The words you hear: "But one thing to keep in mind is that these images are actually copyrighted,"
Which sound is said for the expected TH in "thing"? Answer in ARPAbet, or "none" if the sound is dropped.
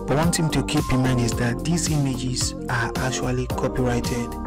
T